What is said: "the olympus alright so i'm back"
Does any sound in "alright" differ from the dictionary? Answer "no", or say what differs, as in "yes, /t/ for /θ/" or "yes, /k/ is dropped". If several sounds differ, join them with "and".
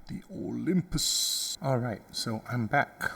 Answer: no